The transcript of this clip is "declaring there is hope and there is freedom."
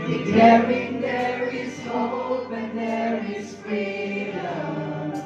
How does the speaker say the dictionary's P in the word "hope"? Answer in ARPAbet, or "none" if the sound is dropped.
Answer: B